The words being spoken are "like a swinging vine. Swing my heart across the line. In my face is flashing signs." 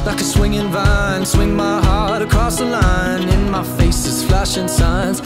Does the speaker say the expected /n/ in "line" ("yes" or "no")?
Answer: yes